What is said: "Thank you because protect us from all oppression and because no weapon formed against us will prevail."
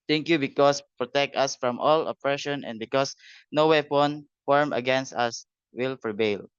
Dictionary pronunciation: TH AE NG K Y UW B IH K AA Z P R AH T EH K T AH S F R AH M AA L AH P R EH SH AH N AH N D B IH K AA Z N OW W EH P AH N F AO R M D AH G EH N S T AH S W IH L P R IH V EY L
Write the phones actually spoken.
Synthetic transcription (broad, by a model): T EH NG K Y UW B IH K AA S P R AH T EH K T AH S F R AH M AA L AH P R EH SH AH N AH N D B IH K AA S N OW W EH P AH N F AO R M AH G EH N S T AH S W IH L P R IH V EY L